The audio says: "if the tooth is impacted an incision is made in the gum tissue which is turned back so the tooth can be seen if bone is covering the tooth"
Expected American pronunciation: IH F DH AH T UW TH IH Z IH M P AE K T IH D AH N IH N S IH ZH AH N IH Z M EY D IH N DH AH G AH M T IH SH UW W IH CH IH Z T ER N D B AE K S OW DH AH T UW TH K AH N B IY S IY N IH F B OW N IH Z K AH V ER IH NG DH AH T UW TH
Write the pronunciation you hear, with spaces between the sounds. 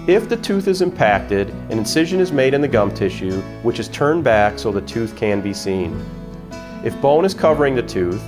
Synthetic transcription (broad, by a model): IH F DH AH T UW TH IH Z IH M P AE K T IH D AH N IH N S IH ZH AH N IH Z M EY D IH N DH AH G AH M T IH SH UW W IH CH IH Z T ER N B AE K S OW DH AH T UW TH K AH N B IY S IY N IH F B OW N IH Z K AH V ER IH NG DH AH T UW TH